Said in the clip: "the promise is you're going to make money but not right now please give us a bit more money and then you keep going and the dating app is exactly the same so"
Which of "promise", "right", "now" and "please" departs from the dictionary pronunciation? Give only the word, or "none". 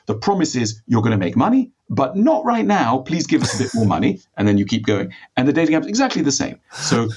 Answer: none